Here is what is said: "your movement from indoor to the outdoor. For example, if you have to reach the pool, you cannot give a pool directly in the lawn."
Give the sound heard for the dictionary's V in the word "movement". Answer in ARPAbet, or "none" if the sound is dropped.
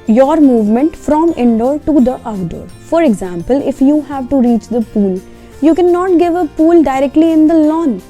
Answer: V